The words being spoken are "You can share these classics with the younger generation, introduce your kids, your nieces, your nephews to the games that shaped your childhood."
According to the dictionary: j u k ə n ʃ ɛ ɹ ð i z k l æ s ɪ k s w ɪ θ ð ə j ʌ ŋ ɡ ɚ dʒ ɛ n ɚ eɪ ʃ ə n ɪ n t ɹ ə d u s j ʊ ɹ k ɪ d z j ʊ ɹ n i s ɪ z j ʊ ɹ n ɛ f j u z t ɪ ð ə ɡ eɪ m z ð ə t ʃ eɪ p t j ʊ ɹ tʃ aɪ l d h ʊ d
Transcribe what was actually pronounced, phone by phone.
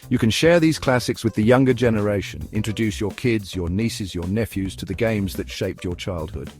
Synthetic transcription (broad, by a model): j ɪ k ə n ʃ ɛ ɹ ð i z k l æ s ɪ k s w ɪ ð ə j ʌ ŋ ɡ ɚ dʒ ɛ n ɚ eɪ ʃ ə n ɪ n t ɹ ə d u s j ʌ ɹ k ɪ d z j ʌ ɹ n i s ɪ z j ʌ ɹ n ɛ f j u z t ɪ ð ə ɡ eɪ m z ð ə t ʃ eɪ p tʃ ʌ ɹ tʃ aɪ l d h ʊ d